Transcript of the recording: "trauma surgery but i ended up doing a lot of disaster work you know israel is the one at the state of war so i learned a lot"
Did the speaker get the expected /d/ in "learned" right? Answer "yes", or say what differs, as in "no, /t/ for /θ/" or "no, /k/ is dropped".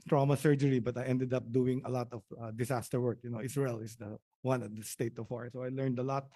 yes